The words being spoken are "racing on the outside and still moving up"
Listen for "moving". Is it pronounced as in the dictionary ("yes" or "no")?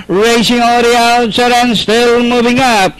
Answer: yes